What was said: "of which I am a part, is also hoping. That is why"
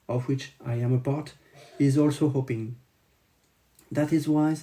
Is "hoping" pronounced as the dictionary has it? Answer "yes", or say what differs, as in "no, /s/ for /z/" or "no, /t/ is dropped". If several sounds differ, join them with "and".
yes